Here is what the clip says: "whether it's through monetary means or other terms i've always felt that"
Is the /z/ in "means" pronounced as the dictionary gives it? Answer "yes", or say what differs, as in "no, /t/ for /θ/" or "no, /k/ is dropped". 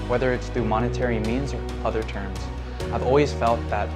yes